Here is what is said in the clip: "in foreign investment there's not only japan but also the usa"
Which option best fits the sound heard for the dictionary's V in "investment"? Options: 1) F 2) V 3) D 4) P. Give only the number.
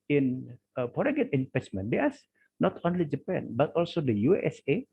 1